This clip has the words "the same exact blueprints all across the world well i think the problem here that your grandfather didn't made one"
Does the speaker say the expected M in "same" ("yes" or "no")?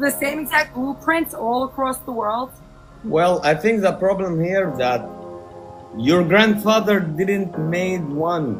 no